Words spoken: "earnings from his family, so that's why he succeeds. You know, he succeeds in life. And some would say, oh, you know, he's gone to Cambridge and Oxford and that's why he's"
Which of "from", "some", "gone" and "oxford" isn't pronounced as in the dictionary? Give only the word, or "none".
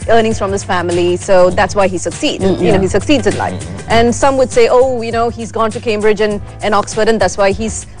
none